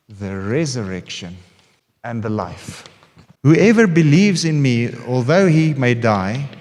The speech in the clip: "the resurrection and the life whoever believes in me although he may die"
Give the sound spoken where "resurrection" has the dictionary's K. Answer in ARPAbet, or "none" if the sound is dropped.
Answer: K